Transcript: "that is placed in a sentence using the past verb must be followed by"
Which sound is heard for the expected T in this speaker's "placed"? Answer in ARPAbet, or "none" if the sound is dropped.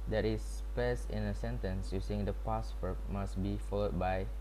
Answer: none